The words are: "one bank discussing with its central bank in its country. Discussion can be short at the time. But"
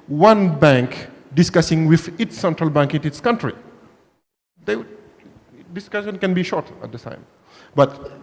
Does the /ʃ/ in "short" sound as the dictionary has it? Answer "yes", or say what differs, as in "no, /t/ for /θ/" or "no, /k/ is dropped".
yes